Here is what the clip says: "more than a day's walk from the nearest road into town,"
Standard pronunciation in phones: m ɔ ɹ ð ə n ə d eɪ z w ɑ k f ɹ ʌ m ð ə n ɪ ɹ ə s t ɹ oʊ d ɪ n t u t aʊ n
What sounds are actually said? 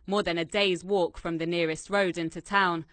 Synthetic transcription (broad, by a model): m ɔ ð ə n ə d eɪ z w ɑ k f ɹ ʌ m ð ə n ɪ ɹ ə s t ɹ oʊ d ɪ n t u t aʊ n